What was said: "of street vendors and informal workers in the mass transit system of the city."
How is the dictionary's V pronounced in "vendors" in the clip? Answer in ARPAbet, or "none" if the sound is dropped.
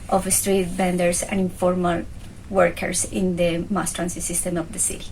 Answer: B